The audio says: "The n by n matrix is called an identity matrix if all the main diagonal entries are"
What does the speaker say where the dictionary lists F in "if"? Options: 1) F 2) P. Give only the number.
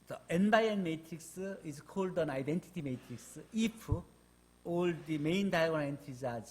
2